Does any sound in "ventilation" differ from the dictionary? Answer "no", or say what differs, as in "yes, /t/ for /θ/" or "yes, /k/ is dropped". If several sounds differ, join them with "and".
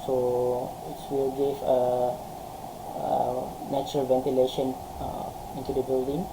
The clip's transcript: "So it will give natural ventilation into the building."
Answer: no